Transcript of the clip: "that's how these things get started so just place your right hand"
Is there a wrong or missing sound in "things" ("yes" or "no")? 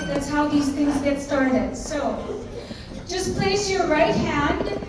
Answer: no